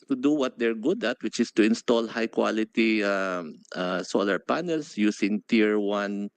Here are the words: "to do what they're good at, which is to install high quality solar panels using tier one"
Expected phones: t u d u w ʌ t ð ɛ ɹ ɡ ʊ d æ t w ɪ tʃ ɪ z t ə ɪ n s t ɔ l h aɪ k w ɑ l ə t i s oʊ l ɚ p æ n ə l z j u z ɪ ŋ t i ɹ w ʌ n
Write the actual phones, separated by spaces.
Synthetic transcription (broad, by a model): t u d u w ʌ t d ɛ ɹ ɡ ʊ d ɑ t w ɪ tʃ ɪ s t ə ɪ n s t ɔ l h aɪ k w ɑ l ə t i s oʊ l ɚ p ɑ n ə l s j u s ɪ ŋ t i ɹ w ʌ n